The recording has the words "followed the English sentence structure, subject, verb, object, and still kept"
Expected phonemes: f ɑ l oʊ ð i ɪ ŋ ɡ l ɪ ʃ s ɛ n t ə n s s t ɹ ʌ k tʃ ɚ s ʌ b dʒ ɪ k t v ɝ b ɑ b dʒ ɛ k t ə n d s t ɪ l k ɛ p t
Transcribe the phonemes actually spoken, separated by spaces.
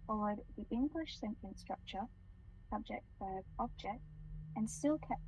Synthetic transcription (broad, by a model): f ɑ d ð i ɪ ŋ ɡ l ɪ ʃ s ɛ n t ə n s s t ɹ ʌ k tʃ ɚ s ʌ b dʒ ɪ k t f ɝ ɑ b dʒ ɛ k t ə n s t ɪ l k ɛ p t